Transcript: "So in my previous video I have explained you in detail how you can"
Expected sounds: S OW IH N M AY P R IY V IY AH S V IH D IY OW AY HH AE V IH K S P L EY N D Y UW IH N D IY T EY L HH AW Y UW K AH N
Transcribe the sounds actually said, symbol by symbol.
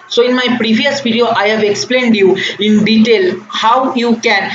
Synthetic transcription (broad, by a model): S OW IH N M AY P R IY V IY AH S P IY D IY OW AY HH AE V IH K S P L EY N D Y UW IH N D IY T EY L HH AW Y UW K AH N